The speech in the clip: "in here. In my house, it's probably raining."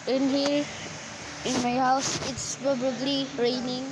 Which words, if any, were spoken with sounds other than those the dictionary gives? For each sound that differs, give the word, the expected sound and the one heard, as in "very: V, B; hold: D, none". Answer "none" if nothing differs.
probably: R, none